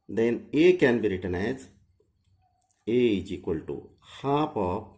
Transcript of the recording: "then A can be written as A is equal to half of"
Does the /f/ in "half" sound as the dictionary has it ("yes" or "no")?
no